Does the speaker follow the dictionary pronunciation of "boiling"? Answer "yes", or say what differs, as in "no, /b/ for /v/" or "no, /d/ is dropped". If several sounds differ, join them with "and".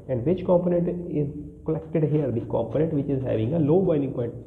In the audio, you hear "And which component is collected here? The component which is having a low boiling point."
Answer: no, /n/ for /l/